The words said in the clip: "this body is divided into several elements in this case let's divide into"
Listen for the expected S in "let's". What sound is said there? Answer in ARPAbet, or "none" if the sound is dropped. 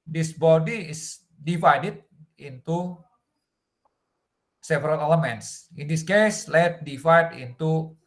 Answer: none